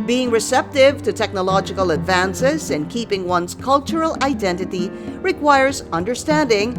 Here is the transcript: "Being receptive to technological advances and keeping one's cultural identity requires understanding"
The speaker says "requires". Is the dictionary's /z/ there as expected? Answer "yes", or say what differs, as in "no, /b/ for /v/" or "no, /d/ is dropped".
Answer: yes